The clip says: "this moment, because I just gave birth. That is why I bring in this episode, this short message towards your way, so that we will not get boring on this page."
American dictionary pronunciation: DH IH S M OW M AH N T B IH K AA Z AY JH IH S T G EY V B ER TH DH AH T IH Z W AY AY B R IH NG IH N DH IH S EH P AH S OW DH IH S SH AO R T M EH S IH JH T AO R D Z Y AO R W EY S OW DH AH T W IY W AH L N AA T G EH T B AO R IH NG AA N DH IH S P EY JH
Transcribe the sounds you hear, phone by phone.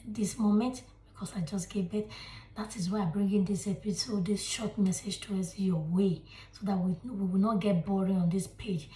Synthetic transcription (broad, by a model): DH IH S M OW M AH N T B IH K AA S AY JH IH S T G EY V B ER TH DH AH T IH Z W AY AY B R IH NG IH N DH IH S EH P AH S OW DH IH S SH AO T M EH S IH JH T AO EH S Y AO W EY S OW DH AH T W IY W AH W N AA T G EH T B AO R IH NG AA N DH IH S P EY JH